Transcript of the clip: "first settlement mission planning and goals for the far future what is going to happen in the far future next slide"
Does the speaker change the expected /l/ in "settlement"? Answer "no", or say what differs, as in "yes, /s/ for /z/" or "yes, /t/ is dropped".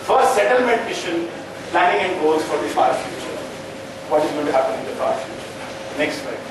no